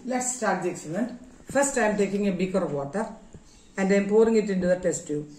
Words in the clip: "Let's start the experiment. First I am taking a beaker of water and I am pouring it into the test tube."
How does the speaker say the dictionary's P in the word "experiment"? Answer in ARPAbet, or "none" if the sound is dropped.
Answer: none